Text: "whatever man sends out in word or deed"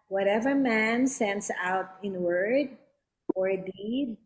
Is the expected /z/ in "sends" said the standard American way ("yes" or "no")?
no